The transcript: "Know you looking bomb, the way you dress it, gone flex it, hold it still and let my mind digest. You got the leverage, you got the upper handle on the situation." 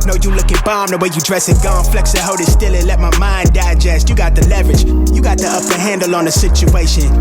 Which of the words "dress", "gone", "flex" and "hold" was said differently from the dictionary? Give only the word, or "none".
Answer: hold